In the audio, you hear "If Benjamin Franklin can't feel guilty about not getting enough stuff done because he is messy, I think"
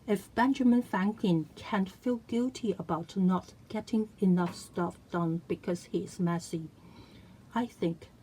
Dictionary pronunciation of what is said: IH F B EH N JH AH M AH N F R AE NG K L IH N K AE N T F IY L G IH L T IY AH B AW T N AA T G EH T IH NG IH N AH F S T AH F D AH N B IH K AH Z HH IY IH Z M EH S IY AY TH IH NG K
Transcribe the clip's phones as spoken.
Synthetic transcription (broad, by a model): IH F B EH N JH AH M AH N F AE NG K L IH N K AE N T F IY L G IH L T IY AH B AW T N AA T G EH T IH NG IH N AH F S T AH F D AH N B IH K AH Z HH IY IH Z M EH S IY AY TH IH NG K